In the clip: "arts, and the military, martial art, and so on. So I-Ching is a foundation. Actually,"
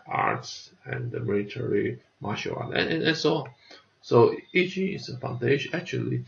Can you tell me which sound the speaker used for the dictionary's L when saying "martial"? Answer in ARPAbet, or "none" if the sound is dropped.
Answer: N